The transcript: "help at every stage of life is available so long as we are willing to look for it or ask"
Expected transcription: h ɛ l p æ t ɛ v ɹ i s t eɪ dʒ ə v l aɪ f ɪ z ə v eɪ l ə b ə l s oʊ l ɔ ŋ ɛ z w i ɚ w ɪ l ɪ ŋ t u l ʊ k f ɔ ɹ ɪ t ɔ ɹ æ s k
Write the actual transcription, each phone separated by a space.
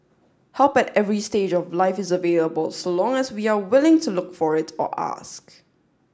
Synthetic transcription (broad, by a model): h ɛ l p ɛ t ɛ v ɹ i s t eɪ dʒ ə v l aɪ f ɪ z ə v eɪ l ə b ə l s oʊ l ɔ ŋ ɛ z w i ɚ w ɪ l ɪ ŋ t u l ʊ k f ɔ ɹ ɪ t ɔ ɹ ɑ s k